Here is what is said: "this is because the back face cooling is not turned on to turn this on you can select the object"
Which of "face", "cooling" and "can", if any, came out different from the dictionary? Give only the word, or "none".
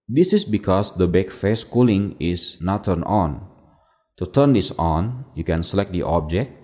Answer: none